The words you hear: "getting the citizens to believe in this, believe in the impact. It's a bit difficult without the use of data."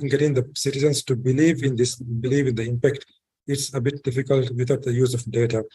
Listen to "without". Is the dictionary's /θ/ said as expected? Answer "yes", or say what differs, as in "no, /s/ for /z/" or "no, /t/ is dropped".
no, /t/ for /θ/